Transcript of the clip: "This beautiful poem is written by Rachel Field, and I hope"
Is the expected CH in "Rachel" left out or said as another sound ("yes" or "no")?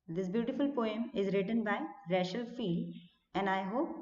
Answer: yes